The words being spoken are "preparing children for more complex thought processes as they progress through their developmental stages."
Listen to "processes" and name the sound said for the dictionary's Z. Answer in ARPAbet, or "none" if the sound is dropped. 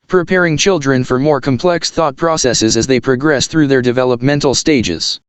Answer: Z